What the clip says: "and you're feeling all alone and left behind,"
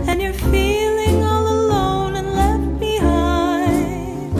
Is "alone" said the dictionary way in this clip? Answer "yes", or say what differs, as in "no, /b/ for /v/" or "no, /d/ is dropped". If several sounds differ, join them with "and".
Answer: yes